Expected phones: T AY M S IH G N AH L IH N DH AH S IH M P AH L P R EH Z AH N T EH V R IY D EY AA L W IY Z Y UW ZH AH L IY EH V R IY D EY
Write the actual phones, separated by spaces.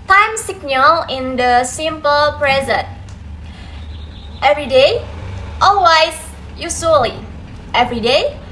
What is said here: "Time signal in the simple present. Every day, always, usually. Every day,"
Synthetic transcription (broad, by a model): T AY M S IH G N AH L IH N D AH S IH M P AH L P R EH Z AH N T EH V R IY D EY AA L W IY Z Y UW S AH L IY EH V R IY D EY